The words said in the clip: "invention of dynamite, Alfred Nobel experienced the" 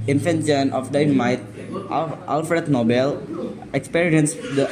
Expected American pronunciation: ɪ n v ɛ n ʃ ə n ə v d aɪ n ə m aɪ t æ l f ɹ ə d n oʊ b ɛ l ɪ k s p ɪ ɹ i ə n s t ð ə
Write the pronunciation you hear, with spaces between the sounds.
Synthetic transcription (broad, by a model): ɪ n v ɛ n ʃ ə n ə f d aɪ ə m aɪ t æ l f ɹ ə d n oʊ b ɛ l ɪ k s p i ɹ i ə n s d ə